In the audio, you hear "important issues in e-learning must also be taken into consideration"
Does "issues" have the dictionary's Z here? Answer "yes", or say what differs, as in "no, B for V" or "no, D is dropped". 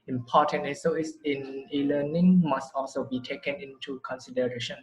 no, S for Z